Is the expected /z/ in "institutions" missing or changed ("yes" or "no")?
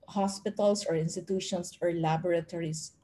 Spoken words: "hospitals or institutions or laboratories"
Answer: yes